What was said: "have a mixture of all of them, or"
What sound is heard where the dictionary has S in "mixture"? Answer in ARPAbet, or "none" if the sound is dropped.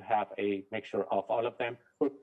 none